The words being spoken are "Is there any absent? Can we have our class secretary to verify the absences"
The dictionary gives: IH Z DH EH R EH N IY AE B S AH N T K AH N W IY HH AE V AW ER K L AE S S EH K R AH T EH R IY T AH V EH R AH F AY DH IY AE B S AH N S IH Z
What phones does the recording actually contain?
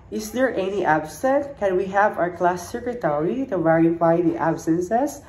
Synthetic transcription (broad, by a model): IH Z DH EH R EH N IY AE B S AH T K AH N W IY HH AE V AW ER K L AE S S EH K R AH T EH R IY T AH V EH R AH F AY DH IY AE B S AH N S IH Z